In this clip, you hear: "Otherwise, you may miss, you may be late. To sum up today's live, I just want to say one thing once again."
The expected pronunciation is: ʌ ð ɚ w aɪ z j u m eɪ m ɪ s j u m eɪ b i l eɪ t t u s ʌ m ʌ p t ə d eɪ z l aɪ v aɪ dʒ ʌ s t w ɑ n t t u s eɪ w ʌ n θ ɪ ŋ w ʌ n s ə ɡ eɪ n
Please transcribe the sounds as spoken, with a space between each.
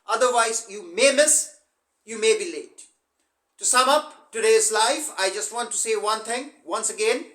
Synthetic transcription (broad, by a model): ʌ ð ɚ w aɪ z j u m eɪ m ɪ s j u m eɪ b i l eɪ t t u s ʌ m ʌ p t ə d eɪ z l aɪ f aɪ dʒ ʌ s t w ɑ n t t u s eɪ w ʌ n t ɪ ŋ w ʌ n s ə ɡ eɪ n